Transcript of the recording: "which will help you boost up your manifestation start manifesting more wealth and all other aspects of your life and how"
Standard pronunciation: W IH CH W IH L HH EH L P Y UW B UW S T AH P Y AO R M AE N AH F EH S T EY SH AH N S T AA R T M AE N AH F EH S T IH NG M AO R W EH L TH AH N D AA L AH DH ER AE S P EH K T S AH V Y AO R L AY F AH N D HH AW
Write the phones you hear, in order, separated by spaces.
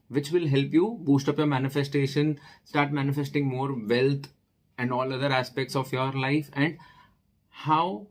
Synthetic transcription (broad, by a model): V IH CH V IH L HH EH L P Y UW B UW S T AH P Y AO R M AE N AH F EH S T EY SH AH N S T AA R T M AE N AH F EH S T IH NG M AO R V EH L T AH N D AA L AH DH ER AE S P EH K T S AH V Y AO R L AY F AH N D HH AW